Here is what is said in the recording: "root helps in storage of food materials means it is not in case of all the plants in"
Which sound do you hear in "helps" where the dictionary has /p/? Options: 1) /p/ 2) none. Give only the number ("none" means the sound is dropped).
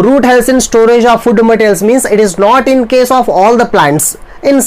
2